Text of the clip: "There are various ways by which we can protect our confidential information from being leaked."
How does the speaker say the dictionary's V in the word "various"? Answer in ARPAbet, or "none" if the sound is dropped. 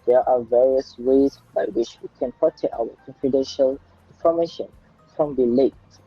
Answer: V